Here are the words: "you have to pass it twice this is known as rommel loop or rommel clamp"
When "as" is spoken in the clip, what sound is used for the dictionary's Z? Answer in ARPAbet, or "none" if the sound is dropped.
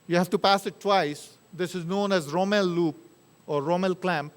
Z